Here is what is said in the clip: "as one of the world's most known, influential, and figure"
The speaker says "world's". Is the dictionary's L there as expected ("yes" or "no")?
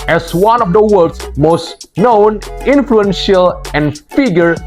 no